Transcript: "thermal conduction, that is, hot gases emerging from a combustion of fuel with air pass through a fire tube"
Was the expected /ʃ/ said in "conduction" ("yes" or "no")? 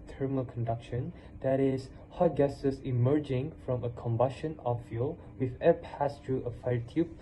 yes